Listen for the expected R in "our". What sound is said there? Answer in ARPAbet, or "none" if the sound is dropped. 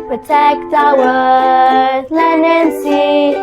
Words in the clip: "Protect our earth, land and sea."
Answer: W